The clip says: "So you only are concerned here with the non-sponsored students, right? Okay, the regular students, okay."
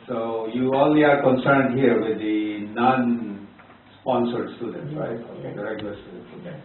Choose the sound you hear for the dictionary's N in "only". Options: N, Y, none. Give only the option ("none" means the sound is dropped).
none